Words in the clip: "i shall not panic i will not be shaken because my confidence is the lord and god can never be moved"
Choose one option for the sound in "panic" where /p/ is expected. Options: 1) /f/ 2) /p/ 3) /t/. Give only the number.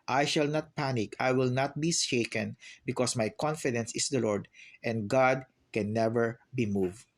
2